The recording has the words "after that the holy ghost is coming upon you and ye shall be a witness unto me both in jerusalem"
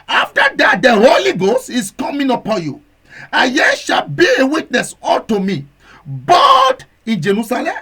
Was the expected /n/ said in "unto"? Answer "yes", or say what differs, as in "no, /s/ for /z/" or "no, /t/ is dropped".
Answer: no, /l/ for /n/